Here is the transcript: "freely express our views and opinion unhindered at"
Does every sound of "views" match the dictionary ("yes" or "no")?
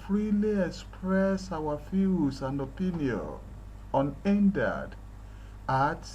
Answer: no